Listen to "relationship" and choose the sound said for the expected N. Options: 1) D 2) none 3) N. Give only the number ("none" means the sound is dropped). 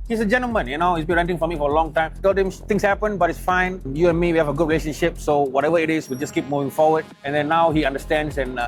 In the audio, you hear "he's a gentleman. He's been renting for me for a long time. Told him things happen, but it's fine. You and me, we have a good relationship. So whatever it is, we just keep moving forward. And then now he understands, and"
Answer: 3